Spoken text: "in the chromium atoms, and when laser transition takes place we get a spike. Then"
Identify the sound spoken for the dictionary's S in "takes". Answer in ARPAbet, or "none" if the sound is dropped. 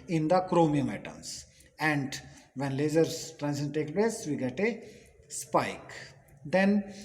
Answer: none